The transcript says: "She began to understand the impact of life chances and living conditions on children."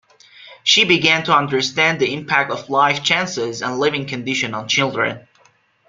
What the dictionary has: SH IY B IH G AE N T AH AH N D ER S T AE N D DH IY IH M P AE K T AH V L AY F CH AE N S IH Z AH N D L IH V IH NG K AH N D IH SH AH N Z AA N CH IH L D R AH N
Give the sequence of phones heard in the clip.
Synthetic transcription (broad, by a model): SH IY B IH G AE N T AH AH N D ER S T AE N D DH IY IH M P AE K T AH V L AY F CH AE N S IH Z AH N L IH V IH NG K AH N D IH SH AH N AA N CH IH L D R AH N